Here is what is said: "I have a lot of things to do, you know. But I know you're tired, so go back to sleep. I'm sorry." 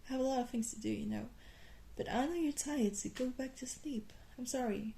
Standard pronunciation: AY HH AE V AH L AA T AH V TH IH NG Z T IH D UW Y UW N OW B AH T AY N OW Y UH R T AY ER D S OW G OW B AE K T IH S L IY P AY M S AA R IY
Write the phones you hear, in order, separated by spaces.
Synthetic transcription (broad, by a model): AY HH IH V AH L AA T AH V TH IH NG Z T IH D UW Y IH N OW B AH T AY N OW Y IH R T AY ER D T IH G OW B AE K T IH S L IY P AY M S AA R IY